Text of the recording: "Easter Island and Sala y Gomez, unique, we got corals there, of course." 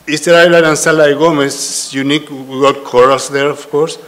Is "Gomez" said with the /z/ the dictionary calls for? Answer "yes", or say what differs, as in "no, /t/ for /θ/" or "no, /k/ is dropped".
no, /s/ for /z/